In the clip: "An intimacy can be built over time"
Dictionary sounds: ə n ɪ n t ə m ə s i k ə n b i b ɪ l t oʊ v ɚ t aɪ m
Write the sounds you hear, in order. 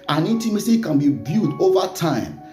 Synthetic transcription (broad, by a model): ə n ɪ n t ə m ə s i k ə n b i b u t oʊ v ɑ t aɪ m